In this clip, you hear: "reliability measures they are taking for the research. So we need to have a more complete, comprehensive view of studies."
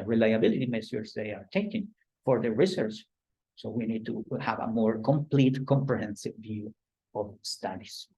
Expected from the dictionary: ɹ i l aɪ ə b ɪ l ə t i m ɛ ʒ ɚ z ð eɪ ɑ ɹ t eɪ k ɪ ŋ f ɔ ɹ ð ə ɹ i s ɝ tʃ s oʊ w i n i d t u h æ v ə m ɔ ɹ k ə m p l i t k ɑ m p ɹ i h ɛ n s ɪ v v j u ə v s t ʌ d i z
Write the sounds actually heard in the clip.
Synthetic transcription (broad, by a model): ɹ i l aɪ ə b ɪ l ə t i m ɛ s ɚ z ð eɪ ɑ ɹ t eɪ k ɪ ŋ f ɔ ɹ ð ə ɹ i s ɝ tʃ s oʊ w i n i d t u h æ v ə m ɔ ɹ k ə m p l i t k ɑ m p ɹ i h ɛ n s ɪ v v j u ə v s t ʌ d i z